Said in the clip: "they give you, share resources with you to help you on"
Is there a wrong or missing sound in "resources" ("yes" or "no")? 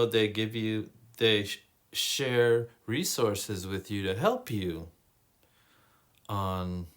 no